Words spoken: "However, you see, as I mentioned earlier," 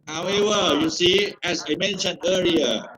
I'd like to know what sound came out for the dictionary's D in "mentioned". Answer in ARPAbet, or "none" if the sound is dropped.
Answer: none